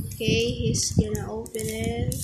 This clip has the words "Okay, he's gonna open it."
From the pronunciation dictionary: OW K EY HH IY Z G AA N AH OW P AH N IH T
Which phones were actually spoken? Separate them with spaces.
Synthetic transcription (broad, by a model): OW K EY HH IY S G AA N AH OW P AH N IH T